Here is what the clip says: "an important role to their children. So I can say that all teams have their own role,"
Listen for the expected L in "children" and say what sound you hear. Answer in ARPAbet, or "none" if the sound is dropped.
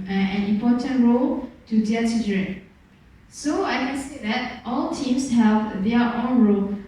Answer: none